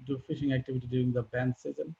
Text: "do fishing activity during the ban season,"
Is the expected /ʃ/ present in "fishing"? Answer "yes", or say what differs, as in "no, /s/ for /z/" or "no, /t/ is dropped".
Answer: yes